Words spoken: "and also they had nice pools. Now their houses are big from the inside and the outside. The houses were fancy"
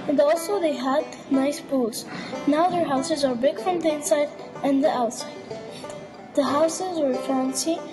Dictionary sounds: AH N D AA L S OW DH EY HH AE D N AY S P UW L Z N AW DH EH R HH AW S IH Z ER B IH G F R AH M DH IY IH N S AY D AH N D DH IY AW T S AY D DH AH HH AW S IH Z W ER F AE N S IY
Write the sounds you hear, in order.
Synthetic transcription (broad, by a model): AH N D AA L S OW DH EY HH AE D N AY S B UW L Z N AW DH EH R HH AW S IH Z ER B IH G F R AH M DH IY IH N S AY D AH N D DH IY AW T S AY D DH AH HH AW S IH Z W ER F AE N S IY